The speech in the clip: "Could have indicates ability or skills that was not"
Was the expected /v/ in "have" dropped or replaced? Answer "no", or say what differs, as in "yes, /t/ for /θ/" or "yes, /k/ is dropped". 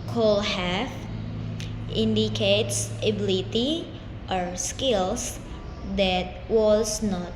yes, /f/ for /v/